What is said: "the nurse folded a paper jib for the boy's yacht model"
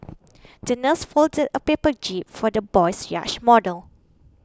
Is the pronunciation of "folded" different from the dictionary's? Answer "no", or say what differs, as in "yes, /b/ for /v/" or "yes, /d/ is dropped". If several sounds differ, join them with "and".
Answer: no